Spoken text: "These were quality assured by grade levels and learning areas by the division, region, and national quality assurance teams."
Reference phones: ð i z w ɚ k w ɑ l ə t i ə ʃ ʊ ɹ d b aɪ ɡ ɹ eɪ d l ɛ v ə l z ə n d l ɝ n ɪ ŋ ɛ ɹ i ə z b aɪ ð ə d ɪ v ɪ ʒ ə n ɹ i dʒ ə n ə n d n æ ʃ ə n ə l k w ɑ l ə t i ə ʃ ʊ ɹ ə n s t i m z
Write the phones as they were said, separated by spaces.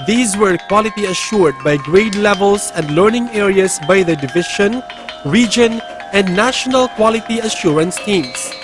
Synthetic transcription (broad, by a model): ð i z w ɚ k w ɑ l ə t i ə ʃ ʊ ɹ d b aɪ ɡ ɹ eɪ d l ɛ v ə l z ə n d l ɝ n ɪ ŋ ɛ ɹ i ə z b aɪ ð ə d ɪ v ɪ ʃ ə n ɹ i dʒ ə n ə n d n æ ʃ ə n ə l k w ɑ l ə t i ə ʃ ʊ ɹ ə n s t i m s